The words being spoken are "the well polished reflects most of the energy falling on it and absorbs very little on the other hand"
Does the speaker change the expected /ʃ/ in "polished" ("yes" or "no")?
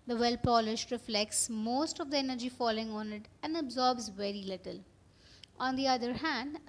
no